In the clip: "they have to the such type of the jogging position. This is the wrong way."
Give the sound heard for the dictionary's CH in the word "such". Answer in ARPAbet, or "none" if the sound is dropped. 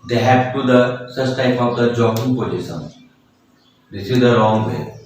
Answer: S